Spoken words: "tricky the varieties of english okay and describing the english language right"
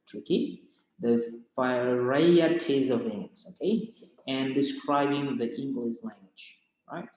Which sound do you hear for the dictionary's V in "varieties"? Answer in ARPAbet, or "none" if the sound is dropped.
F